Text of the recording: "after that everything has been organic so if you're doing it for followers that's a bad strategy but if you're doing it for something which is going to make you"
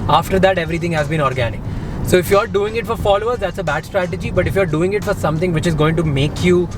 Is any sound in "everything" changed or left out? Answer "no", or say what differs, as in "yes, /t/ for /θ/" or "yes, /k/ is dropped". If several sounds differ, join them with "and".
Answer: yes, /t/ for /θ/